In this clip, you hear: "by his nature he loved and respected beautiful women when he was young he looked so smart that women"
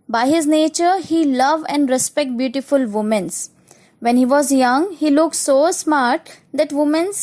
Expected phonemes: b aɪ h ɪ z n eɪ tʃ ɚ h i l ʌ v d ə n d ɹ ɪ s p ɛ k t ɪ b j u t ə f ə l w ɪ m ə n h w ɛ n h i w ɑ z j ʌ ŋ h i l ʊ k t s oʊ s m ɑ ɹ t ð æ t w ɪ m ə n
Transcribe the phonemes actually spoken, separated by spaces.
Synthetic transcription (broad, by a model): b aɪ h ɪ z n eɪ tʃ ɚ h i l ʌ v ə n d ɹ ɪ s p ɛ k t b j u t ə f ə l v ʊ m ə n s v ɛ n h i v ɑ z j ʌ ŋ h i l ʊ k t s oʊ s m ɑ ɹ t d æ t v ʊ m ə n